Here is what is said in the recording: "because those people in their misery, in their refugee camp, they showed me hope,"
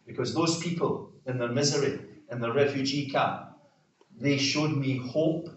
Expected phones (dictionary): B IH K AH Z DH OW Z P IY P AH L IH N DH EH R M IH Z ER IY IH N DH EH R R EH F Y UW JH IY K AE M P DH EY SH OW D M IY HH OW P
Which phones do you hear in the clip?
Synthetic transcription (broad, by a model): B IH K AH Z DH OW Z P IY P AH L IH N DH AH R M IH Z ER IY IH N DH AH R R EH F Y UW JH IY K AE P DH EY SH OW D M IY HH OW P